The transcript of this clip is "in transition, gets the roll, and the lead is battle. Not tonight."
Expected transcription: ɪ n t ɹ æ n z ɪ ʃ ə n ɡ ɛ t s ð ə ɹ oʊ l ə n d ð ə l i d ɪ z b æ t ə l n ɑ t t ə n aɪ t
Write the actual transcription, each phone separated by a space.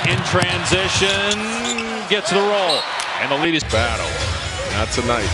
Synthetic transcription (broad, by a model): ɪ n t ɹ æ n z ɪ ʃ ə n ɡ ɛ t s ð ə ɹ oʊ l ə n ð ə l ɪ d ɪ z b æ t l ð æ t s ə n aɪ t